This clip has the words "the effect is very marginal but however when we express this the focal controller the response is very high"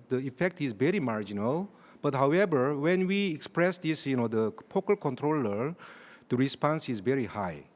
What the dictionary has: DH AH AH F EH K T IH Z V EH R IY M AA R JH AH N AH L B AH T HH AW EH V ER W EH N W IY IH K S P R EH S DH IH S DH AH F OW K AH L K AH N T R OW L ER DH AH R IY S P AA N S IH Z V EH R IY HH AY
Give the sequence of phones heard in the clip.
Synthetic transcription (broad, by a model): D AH AH F EH K T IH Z V EH R IY M AA R JH AH N AH L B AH T HH AW EH V ER W EH N W IY IH K S P R EH S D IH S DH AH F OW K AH L K AH N T R OW L ER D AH R IY S P AA N S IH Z V EH R IY HH AY